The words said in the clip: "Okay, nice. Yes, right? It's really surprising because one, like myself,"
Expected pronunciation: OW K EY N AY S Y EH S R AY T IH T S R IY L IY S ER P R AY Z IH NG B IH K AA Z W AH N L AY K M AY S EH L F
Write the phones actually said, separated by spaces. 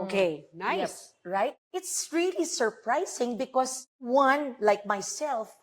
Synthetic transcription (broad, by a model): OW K EY N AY Y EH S R AY T IH T S R IY L IY S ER P R AY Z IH NG B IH K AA S W AH N L AY K M AY S EH L F